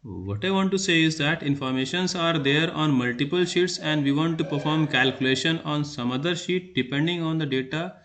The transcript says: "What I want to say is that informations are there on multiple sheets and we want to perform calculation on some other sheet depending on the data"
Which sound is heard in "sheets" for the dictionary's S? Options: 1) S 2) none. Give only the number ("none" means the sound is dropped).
1